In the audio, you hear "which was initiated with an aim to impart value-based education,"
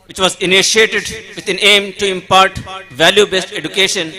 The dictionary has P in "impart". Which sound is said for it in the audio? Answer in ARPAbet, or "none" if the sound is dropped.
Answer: P